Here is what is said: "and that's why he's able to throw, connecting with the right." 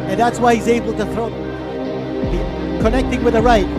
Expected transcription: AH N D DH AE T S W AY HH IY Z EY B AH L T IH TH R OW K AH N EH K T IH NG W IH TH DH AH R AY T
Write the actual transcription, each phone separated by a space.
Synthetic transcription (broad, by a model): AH N DH AE T S W AY HH IY Z EY B L T IH TH R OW K AH N EH K T IH NG W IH DH AH R AY T